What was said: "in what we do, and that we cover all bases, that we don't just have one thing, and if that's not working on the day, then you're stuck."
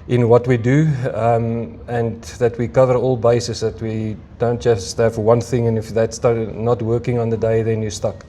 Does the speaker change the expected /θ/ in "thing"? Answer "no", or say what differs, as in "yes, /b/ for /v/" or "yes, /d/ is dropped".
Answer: no